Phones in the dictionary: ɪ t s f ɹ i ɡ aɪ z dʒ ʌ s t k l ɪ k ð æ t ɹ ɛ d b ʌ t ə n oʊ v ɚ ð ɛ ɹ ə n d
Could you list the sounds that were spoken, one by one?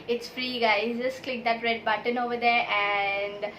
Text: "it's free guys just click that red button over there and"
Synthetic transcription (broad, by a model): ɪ t s f ɹ i ɡ aɪ z dʒ ʌ s t k l ɪ k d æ t ɹ ɛ d b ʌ t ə n oʊ v ɚ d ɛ ɹ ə n d